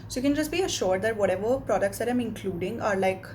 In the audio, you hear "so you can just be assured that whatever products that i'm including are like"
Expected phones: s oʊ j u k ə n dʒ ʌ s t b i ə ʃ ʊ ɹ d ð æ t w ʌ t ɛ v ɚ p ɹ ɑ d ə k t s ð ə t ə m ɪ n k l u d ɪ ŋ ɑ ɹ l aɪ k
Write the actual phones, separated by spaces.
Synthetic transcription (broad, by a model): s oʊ j u k ə n dʒ ʌ s t b i ə ʃ ʊ ɹ d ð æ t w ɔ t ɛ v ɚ p ɹ ɑ d ə k t s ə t ə m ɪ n k l u d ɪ ŋ ɑ ɹ l aɪ k